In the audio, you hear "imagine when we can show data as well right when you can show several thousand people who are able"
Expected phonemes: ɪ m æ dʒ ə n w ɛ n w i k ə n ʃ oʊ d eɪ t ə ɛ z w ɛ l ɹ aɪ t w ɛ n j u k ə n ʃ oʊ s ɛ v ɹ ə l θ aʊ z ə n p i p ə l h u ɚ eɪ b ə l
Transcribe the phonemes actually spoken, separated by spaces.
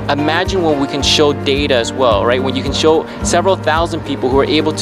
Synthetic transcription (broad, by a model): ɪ m æ dʒ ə n w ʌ n w i k ə n ʃ oʊ d eɪ t ə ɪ z w ɛ l ɹ aɪ t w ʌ n j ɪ k ə n ʃ oʊ s ɛ v ɹ l θ aʊ z ə n p i p l h u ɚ eɪ b l